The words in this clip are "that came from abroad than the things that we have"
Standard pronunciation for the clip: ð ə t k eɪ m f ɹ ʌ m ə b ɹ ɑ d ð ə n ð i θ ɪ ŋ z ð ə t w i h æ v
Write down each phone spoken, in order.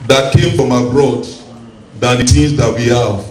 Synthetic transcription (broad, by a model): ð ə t k eɪ m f ɹ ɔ m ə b ɹ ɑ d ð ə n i t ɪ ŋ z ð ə t w i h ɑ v